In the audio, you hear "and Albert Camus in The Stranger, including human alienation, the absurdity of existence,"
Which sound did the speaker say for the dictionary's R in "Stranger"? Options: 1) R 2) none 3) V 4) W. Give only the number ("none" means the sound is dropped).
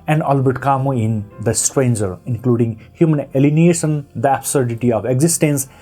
1